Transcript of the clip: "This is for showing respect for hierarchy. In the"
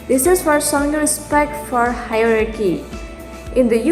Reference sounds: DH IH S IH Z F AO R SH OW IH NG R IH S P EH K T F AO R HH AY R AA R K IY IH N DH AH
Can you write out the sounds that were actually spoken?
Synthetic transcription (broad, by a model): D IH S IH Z F AO R S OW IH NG R IH S P EH K T F AO R HH AY R AA R K IY IH N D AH